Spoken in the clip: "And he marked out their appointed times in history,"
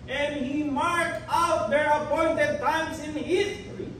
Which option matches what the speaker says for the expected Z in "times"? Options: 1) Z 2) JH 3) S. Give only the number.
3